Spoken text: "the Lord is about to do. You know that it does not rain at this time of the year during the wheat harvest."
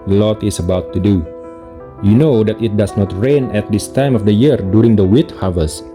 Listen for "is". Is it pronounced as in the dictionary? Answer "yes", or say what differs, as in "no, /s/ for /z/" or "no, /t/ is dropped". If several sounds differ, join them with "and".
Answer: no, /s/ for /z/